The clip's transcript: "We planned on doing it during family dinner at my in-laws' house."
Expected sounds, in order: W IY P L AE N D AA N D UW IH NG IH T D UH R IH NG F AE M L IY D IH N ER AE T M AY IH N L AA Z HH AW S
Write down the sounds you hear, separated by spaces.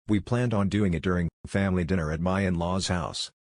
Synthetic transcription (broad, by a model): W IY P L AE N D N D UW IH NG IH T D UH R IH NG F AE M L IY D IH N ER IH T M AY IH N L AA Z HH AW S